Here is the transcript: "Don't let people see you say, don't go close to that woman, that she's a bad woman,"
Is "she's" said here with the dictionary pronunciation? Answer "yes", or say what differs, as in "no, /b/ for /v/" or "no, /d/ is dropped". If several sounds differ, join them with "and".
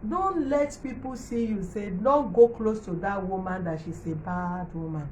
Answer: no, /s/ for /z/